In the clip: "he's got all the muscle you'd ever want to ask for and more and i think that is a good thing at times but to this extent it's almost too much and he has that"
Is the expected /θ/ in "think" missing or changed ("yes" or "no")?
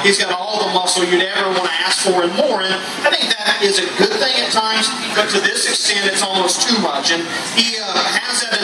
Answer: no